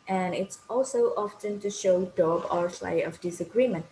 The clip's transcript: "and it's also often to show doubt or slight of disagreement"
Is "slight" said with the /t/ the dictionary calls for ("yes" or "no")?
no